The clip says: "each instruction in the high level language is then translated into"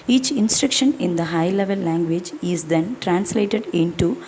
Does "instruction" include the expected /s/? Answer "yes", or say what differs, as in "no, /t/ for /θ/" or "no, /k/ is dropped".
yes